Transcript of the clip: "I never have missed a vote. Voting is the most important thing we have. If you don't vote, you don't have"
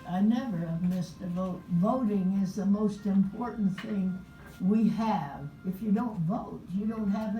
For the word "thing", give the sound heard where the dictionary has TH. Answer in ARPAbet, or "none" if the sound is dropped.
TH